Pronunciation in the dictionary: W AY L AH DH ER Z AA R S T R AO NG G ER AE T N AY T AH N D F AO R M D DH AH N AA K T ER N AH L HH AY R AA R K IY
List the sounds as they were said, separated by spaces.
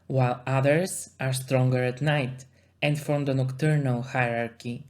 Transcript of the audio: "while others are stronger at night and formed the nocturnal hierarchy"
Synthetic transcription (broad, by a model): W AY L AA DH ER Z AA R S T R AO NG G ER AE T N AY T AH N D F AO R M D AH N AA K T ER N AH L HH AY R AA R K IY